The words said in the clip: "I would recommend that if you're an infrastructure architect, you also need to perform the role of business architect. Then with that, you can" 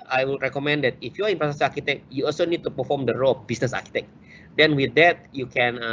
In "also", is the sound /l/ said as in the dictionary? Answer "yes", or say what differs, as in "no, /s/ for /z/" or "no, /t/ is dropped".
yes